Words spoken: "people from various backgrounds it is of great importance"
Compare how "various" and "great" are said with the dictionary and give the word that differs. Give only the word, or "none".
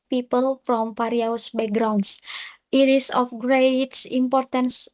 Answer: various